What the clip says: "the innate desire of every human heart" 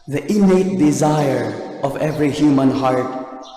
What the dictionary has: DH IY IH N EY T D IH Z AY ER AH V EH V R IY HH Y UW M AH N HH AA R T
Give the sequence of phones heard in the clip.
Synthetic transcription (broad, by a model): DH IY IH N EY T D IH Z AY ER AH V EH V R IY HH Y UW M AH N HH AA R T